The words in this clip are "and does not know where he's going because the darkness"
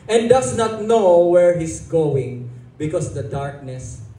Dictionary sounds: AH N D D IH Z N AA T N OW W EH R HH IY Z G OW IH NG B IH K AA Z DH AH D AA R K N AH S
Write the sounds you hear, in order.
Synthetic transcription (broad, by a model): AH N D D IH S N AA T N OW W EH R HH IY S G OW IH NG B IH K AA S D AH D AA R K N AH S